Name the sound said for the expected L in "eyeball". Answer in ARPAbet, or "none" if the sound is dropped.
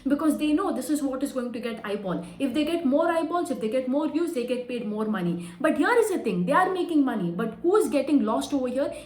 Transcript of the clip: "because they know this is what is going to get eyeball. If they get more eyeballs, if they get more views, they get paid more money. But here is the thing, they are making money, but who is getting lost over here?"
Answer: N